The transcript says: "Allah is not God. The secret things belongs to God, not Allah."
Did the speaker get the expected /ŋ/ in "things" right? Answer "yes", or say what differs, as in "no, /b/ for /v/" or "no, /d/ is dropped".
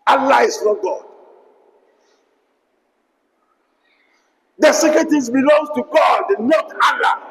no, /ŋ/ is dropped